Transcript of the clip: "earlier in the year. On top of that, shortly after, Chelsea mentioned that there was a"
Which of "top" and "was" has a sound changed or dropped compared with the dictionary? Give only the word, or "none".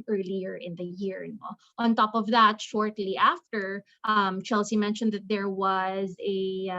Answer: none